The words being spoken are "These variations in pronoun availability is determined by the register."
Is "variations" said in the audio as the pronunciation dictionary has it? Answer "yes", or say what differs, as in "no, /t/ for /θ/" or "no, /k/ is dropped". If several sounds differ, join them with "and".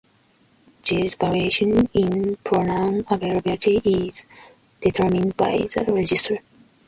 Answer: no, /z/ is dropped